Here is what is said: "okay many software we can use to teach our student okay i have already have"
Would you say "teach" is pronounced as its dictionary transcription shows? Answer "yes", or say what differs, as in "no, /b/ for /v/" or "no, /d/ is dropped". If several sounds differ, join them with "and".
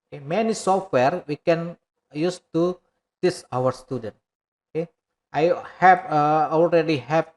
no, /s/ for /tʃ/